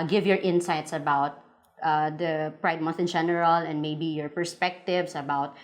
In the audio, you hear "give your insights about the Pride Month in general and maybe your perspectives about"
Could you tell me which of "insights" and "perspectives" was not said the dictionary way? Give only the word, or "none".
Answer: perspectives